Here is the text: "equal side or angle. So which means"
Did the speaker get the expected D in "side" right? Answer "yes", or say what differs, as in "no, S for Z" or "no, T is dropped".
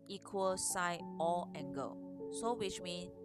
no, D is dropped